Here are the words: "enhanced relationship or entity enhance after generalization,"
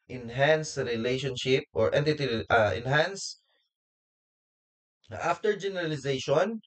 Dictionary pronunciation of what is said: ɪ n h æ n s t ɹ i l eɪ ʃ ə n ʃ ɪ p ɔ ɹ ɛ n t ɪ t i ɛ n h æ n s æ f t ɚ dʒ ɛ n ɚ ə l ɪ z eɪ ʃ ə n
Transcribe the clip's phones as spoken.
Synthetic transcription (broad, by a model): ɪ n h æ n s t ɹ i l eɪ ʃ ə n ʃ ɪ p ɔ ɹ ɛ n t ɪ t i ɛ n h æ n s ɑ f t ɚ dʒ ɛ n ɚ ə l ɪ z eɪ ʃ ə n